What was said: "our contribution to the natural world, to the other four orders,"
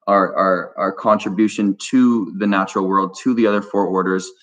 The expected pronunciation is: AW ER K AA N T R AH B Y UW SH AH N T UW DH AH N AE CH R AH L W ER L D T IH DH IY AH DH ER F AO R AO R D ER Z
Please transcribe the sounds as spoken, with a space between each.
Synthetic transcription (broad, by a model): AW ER K AA N T R AH B Y UW SH AH N T UW DH AH N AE CH R L W ER L D T IH DH IY AH DH ER F AO R AO R D ER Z